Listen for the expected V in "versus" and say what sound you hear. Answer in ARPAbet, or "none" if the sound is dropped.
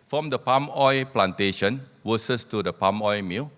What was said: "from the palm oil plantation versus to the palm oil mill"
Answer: W